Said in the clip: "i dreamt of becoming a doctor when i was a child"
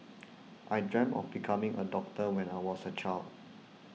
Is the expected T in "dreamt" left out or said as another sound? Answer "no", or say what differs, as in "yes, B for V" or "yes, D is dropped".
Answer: yes, T is dropped